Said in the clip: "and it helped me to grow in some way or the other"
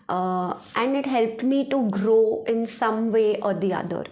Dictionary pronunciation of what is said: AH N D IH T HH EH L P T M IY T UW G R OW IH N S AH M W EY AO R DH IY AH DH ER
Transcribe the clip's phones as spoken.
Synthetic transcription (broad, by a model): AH N D IH T HH EH L P T M IY T UW G R OW IH N S AH M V EY AO R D IY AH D ER